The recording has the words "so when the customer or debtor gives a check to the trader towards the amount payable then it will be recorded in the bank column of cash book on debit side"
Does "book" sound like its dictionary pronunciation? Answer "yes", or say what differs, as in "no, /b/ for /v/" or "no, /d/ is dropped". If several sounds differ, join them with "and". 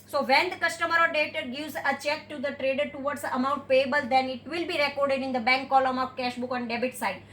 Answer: yes